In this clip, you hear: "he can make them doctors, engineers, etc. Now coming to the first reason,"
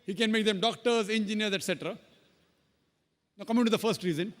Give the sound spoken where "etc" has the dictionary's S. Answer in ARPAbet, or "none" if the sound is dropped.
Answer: S